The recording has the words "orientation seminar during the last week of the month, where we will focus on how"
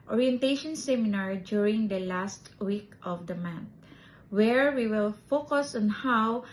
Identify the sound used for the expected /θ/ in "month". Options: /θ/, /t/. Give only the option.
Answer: /t/